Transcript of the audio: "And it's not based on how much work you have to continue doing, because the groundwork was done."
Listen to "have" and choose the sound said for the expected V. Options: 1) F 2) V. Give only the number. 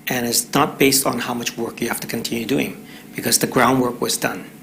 1